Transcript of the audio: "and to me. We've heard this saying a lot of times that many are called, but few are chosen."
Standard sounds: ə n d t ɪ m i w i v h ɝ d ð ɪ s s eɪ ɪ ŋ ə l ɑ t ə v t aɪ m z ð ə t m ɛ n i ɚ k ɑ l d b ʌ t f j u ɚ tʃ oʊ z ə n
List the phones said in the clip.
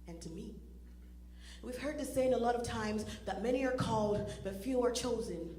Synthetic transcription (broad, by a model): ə n t ɪ m i w i v h ɝ d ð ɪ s s eɪ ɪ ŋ ə l ɑ t ə v t aɪ m z ð ə t m ɛ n i ɚ k ɑ l d b ʌ t f j u ɚ tʃ oʊ z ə n